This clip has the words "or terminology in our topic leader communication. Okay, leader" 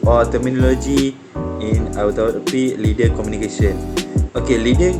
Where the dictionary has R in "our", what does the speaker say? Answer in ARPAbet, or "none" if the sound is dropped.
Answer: W